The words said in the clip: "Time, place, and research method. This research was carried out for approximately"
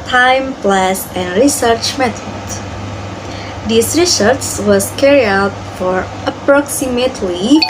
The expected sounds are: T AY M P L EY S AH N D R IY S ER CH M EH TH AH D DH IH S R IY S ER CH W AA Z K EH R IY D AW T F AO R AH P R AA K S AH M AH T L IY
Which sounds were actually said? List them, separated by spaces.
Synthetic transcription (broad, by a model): T AY M P L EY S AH N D R IY S ER CH M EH T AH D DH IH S R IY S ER S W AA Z K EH R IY AW T F AO R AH P R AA K S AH M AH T L IY